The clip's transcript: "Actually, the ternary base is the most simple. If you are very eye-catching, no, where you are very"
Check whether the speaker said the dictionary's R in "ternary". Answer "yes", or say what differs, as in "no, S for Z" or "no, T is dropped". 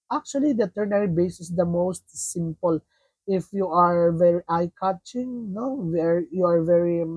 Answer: yes